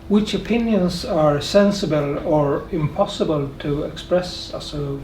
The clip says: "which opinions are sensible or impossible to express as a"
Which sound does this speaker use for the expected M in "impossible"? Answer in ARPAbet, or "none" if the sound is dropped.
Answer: M